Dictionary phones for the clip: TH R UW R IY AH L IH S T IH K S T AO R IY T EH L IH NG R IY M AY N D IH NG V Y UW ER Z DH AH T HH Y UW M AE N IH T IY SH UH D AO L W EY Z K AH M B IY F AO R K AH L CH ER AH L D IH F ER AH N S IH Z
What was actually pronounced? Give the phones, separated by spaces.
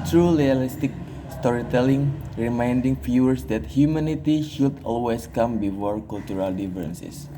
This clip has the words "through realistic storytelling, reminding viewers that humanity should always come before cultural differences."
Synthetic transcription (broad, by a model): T R UW L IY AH L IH S T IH K S T AO R IY T EH L IH NG R IY M AY N D IH NG F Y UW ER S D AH T HH Y UW M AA N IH T IY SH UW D AO L W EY S K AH M B IY F AO R K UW L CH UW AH L D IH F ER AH N S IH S